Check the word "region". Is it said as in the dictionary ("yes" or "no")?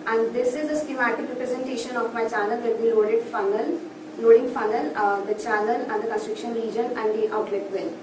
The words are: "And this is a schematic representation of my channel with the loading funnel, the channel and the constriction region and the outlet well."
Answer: yes